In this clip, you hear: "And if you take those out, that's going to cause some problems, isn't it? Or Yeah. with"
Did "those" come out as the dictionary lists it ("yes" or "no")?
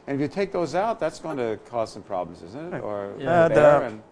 yes